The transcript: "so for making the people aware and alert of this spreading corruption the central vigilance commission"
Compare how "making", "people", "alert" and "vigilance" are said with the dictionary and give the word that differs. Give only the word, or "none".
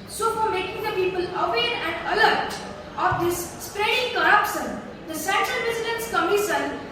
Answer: vigilance